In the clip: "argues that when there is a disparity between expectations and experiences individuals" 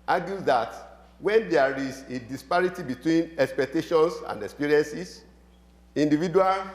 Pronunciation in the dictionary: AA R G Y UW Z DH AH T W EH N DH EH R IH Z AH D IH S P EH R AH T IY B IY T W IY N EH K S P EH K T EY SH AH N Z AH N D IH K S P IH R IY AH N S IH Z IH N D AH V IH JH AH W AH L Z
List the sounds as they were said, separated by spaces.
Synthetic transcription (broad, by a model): AA G Y UW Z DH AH T W EH N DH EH R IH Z AH D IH S P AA R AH T IY B IY T W IY N EH K S P EH K T EY SH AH N S AH N D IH K S P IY R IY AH N S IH S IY N D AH V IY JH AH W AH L